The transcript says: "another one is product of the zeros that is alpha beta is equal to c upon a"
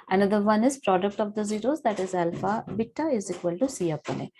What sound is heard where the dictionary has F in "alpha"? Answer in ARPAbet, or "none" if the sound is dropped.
F